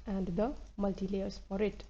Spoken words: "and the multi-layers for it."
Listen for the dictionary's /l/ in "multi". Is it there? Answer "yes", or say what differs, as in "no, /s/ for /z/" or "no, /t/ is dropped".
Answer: yes